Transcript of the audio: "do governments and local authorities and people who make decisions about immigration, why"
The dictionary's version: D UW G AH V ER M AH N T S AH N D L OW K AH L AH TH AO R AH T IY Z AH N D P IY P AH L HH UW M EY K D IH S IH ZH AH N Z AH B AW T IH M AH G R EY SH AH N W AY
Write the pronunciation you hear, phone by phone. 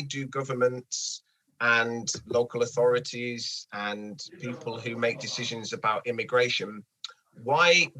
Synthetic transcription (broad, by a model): D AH G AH V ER M AH N T S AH N L OW K AH L AH TH AO R AH T IY Z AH N P IY P AH L HH UW M EY K D IH S IH ZH AH N Z AH B AW T IH M AH G R EY SH AH N W AY